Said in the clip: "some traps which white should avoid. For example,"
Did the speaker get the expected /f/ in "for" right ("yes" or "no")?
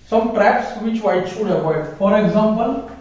yes